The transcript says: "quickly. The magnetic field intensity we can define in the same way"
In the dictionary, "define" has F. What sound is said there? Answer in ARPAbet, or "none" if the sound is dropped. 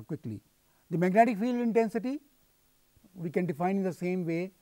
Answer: F